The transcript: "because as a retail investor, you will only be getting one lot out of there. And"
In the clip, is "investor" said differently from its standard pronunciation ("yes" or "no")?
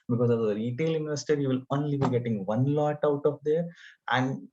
yes